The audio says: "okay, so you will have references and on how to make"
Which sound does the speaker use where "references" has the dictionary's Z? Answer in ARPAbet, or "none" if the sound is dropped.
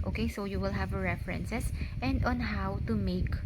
S